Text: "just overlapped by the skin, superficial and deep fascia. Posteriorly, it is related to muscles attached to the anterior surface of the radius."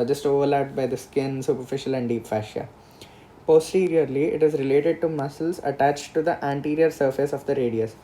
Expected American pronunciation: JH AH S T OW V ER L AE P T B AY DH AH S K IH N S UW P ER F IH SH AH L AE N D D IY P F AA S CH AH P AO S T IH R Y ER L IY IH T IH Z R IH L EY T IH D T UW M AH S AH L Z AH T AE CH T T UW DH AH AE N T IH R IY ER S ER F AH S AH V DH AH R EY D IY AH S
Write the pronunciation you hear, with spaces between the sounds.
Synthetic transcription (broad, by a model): JH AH S T OW V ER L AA T B AY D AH S K IH N S UW P ER F IH SH AH L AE N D D IY P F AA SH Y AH P AO S T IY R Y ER L IY IH T IH Z R IH L EY T IH D T UW M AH S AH L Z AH T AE CH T T UW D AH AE N T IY R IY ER S ER F AH S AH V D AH R EY D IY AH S